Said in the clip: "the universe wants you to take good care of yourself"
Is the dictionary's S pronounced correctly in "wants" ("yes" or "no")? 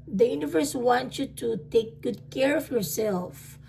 no